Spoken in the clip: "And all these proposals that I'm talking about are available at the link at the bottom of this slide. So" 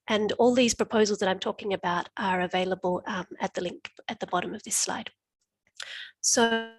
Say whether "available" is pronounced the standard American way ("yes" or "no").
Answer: yes